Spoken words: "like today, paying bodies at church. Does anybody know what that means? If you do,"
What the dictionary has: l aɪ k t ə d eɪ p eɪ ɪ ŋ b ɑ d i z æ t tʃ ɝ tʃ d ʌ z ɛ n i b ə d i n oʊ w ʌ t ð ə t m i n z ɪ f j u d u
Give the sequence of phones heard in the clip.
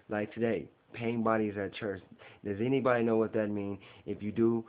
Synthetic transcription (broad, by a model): l aɪ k t ə d eɪ p eɪ ɪ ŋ b ɑ d i z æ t tʃ ɝ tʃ d ʌ z ɛ n i b ə d i n oʊ w ʌ t ð ə t m i n ɪ f j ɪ d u